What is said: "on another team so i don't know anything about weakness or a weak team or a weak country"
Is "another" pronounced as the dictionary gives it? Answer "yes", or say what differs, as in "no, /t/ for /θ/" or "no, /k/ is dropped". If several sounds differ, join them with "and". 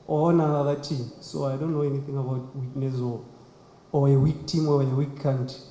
no, /n/ is dropped